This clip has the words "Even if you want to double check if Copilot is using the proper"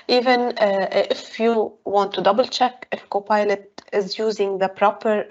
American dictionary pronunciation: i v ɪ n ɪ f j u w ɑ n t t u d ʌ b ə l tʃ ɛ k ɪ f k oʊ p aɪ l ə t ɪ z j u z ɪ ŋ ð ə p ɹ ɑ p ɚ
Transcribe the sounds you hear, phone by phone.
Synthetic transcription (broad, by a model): i v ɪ n ɪ f j u w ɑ n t t u d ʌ b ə l tʃ ɛ k ɪ f k oʊ p aɪ l ə t ɪ z j u z ɪ ŋ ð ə p ɹ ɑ p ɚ